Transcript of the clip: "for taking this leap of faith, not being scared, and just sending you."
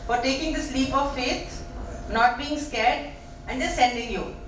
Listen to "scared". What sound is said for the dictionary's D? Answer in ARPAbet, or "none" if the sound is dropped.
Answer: D